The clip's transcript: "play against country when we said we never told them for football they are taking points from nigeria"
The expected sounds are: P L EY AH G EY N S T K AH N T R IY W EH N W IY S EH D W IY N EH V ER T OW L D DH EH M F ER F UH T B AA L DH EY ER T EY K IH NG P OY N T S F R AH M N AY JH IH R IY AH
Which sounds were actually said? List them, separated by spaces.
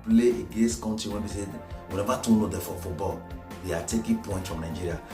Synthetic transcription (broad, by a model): P L EY AH G EY N S T K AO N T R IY W EH N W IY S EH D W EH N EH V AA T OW N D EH F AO F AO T B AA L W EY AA T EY K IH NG P OY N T F R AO M N AY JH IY R IY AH